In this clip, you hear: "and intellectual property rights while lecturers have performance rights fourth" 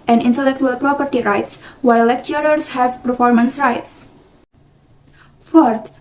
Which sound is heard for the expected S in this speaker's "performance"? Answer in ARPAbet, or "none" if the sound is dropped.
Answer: S